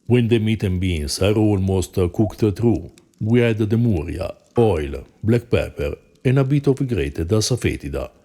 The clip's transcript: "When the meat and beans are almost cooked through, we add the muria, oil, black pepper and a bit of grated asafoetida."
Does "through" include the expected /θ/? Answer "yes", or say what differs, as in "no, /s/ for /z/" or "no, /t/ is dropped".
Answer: no, /t/ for /θ/